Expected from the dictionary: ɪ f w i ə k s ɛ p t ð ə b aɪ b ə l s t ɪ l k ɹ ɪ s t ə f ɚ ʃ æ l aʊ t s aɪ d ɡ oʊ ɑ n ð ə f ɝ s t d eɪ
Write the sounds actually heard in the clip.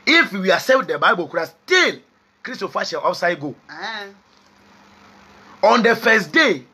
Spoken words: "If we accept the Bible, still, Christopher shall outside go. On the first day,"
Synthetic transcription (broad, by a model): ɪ f w i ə s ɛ t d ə b aɪ b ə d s t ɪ l k ɹ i s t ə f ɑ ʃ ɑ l aʊ t s aɪ d ɡ oʊ ɑ n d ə f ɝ s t d eɪ